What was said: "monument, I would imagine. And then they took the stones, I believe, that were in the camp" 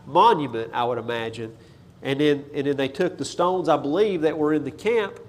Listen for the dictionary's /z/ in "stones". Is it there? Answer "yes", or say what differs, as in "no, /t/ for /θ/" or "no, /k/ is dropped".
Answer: yes